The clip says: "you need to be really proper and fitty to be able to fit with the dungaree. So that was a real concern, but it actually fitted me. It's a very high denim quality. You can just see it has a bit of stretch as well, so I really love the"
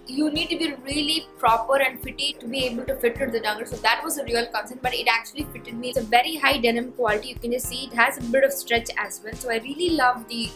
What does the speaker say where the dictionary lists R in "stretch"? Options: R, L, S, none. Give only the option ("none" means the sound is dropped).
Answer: R